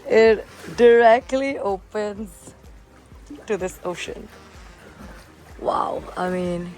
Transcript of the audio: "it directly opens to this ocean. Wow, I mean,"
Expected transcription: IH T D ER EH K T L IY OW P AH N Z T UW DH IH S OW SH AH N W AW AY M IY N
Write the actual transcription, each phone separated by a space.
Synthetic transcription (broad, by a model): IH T D ER EH K T L IY OW P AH N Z T UW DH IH S OW SH AH N W AW AY M IY N